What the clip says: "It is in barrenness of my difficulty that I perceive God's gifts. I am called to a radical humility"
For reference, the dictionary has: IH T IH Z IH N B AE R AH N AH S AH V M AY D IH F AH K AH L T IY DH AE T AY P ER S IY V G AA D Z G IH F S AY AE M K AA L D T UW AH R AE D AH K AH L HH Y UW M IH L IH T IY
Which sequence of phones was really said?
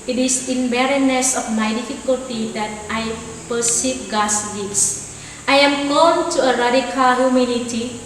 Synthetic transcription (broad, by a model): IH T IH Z IH N B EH R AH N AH S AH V M AY D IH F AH K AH L T IY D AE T AY P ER S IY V G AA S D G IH S AY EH M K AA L T UW AH R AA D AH K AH L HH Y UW M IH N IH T IY